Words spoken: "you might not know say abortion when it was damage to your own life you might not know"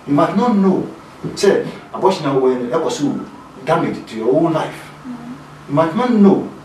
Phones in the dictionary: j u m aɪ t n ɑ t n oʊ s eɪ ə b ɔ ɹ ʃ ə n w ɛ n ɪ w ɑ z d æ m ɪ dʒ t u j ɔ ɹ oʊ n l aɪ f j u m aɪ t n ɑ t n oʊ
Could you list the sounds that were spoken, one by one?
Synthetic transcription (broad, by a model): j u m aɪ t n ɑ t n oʊ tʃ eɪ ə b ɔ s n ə w ɛ n ɪ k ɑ s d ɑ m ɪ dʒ t u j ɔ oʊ l l aɪ f j u m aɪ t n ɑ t n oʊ